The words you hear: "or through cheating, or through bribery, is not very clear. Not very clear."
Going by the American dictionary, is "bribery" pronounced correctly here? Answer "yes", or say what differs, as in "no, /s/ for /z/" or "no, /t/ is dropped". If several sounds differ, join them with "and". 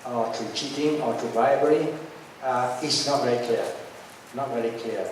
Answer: no, /ɹ/ is dropped